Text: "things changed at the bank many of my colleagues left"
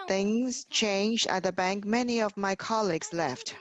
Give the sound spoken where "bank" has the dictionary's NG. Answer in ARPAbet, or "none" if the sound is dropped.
NG